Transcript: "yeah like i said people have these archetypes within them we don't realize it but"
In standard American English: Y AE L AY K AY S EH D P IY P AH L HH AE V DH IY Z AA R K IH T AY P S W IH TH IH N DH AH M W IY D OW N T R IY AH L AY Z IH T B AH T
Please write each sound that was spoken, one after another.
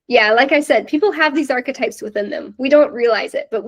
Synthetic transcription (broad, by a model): Y AE L AY K AY S EH D P IY P L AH V DH IY Z AA R K IH T AY P S W IH TH IH N DH AH M W IY D OW N T R IY AH L AY Z IH T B AH T